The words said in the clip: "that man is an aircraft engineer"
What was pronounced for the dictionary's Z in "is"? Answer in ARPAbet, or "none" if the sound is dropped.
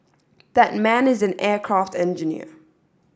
Z